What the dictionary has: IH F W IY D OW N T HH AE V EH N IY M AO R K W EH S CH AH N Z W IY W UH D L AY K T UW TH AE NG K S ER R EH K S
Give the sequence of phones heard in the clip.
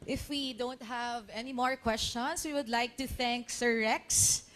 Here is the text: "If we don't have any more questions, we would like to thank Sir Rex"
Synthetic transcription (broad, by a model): IH F W IY D OW N T HH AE V EH N IY M AO R K W EH S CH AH N S W IY W UH D L AY K T UW TH AE NG K S ER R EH K S